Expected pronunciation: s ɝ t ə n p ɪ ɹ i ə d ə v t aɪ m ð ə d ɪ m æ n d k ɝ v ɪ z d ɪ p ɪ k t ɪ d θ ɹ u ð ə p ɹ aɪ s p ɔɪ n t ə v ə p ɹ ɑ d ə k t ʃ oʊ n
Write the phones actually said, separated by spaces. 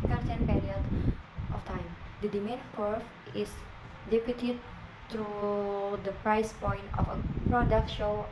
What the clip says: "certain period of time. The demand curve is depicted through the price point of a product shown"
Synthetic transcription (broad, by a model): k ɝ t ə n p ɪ ɹ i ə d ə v t aɪ m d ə d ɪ m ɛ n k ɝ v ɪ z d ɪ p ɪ t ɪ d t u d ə p ɹ aɪ s p ɔɪ n t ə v ə p ɹ ɑ d ə k t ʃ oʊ